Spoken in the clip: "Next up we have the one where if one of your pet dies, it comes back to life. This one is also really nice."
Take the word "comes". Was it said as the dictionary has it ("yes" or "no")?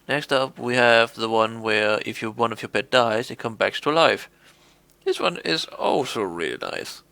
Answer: no